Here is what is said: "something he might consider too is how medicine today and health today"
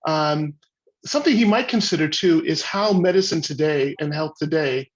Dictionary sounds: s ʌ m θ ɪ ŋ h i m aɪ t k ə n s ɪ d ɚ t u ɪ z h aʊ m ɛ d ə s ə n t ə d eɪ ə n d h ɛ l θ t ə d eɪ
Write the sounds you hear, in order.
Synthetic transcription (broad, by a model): s ʌ m θ ɪ ŋ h i m aɪ t k ə n s ɪ d ɚ t u ɪ z h aʊ m ɛ d ə s ə n t ə d eɪ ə n h ɛ l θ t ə d eɪ